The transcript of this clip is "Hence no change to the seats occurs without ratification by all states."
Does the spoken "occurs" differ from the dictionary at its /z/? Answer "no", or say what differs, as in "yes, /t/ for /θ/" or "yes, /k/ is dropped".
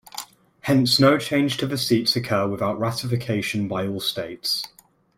yes, /z/ is dropped